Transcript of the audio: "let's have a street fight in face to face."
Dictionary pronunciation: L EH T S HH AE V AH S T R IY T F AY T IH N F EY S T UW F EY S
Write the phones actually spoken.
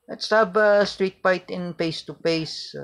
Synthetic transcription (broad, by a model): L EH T S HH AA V AH S T R IY T P AY T IH N P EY S T UW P EY S